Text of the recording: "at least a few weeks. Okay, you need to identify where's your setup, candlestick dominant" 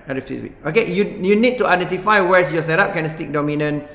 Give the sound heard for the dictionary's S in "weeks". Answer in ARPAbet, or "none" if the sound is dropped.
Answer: none